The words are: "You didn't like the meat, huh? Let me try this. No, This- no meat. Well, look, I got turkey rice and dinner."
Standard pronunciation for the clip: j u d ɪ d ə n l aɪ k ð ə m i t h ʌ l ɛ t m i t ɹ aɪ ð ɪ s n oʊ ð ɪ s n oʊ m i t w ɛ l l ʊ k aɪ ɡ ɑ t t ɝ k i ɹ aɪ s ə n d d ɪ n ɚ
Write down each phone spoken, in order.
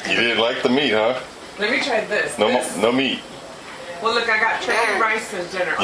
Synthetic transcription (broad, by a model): j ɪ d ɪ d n l aɪ k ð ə m i t h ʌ l ɛ t m i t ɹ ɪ ð ɪ s n oʊ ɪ n oʊ m i t w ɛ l l ʊ k aɪ ɡ ɑ t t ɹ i ɹ aɪ s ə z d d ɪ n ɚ